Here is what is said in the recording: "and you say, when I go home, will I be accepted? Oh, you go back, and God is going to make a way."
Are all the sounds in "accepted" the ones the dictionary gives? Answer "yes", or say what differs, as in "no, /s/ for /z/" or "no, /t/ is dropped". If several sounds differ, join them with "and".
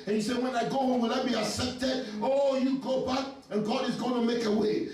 no, /k/ is dropped